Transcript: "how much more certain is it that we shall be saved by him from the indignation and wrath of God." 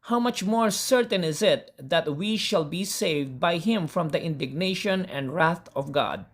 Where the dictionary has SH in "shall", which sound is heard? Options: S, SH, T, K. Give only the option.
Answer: SH